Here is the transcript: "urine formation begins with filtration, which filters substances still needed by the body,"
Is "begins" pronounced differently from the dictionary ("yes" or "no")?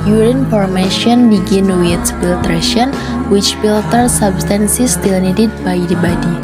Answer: yes